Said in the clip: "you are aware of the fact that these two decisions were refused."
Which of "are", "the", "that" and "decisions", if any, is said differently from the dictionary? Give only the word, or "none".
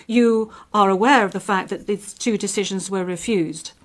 none